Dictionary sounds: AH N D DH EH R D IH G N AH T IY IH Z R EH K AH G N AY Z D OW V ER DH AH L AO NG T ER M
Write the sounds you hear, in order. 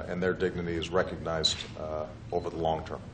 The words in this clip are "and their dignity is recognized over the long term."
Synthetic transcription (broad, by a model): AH N DH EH R D IH G N AH T IY IH Z R EH K AH G N AY Z D OW V ER DH AH L AO NG T ER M